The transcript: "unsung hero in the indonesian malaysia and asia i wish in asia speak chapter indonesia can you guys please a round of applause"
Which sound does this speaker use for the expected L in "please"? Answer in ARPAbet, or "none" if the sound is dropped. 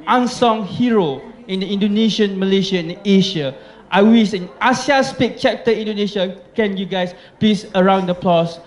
none